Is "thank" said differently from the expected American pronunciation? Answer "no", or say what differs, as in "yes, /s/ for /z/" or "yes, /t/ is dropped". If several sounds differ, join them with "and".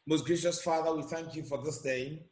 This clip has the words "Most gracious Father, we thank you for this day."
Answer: no